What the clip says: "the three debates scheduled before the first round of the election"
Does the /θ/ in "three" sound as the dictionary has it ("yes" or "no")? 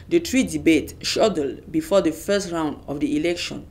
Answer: no